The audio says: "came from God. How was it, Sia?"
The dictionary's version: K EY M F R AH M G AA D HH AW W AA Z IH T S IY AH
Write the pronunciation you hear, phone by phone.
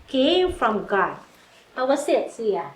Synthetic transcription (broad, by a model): K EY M F R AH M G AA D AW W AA S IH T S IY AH